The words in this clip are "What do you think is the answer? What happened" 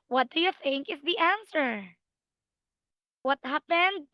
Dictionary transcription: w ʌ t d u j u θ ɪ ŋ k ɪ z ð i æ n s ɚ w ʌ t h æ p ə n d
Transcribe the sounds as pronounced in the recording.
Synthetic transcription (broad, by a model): w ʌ t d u j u θ ɪ ŋ k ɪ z ð i æ n s ɚ w ʌ t h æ p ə n d